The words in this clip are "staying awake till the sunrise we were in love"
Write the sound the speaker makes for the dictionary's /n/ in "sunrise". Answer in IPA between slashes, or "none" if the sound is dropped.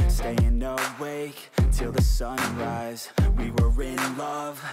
/n/